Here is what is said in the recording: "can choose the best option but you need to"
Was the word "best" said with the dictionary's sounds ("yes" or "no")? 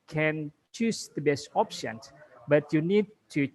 yes